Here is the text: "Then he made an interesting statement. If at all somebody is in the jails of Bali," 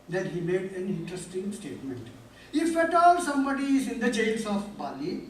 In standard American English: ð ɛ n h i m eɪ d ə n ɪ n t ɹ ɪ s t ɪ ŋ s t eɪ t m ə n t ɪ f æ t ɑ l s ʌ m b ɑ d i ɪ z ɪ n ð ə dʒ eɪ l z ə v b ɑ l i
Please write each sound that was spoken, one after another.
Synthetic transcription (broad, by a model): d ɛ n h i m eɪ d ə n ɪ n t ɹ ɪ s t ɪ ŋ s t eɪ t m ə n t ɪ f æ t ɑ l s ʌ m b ɑ d i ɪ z ɪ n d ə tʃ eɪ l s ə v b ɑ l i